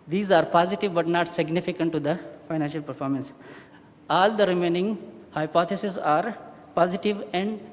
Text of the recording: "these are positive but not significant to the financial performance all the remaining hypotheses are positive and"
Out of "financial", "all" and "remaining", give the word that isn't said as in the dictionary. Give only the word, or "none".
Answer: none